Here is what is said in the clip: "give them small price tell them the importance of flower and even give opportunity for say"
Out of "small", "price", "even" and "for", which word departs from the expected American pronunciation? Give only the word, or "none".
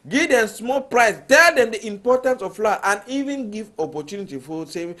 for